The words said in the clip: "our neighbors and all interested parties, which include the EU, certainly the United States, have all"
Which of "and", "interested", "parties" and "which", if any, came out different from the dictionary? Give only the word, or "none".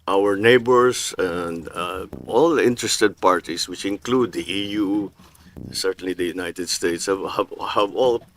parties